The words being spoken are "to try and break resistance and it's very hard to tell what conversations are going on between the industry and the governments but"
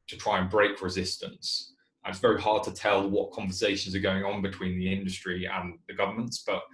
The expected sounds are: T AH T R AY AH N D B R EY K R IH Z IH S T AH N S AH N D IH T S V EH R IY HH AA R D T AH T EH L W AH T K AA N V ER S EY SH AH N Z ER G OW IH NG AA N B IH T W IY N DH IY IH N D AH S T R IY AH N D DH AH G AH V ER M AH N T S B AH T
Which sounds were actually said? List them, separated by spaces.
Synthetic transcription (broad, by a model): T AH T R AY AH N B R EY K R IH Z IH S T AH N S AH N IH T S V EH R IY HH AA D T AH T EH L W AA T K AA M V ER S EY SH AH N Z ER G OW IH NG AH N B IH T W IY N DH IY IH N D AH S T R IY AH N DH AH G AH V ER M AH N T S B AH T